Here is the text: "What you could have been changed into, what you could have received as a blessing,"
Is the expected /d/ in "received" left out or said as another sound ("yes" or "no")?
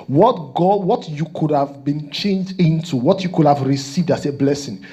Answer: no